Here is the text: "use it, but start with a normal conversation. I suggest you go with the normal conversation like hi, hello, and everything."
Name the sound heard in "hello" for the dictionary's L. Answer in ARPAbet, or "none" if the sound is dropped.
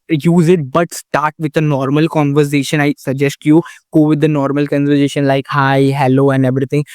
L